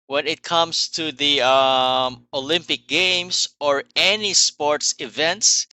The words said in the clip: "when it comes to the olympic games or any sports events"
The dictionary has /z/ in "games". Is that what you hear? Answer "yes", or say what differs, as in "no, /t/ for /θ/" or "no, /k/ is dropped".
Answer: no, /s/ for /z/